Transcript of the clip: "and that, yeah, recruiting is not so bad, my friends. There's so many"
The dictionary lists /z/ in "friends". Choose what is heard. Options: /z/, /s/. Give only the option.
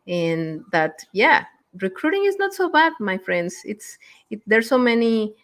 /s/